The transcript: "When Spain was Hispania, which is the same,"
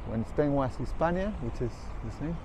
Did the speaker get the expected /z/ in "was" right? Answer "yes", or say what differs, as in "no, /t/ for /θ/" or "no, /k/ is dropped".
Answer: no, /s/ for /z/